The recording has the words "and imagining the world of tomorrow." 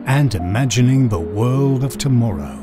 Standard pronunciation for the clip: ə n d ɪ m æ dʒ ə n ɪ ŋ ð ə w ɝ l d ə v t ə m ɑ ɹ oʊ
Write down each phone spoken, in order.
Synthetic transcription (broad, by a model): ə n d ɪ m æ dʒ ə n ɪ ŋ ð ə w ɝ l d ə v t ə m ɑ ɹ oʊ